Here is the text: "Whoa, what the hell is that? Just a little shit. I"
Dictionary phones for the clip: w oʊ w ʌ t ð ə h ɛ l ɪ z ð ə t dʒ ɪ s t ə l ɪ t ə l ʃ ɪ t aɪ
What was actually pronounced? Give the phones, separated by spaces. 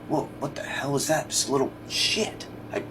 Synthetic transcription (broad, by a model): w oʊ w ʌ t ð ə h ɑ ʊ ɪ z ð ə t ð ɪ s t ə l ɪ t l ʃ ɪ t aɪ